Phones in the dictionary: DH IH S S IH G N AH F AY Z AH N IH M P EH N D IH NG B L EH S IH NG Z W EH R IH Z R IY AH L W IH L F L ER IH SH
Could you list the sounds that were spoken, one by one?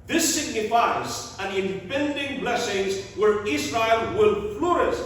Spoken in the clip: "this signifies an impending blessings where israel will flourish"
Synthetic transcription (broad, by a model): DH IH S S IH G N AH F AY Z AH N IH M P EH N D IH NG B L EH S IH NG Z W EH R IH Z R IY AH L W IH L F L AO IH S